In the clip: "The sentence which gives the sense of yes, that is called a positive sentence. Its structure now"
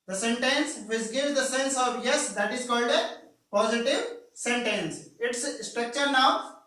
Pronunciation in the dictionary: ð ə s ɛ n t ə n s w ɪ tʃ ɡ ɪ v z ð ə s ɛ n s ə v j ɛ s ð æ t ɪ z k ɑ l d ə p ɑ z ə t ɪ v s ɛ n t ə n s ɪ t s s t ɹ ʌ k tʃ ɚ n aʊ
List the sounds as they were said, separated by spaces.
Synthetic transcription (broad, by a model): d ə s ɛ n t ə n s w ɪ s ɡ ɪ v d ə s ɛ n s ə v j ɛ s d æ t ɪ z k ɑ l d ə p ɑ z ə t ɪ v s ɛ n t ə n s ɪ t s s t ɹ ʌ k tʃ ɚ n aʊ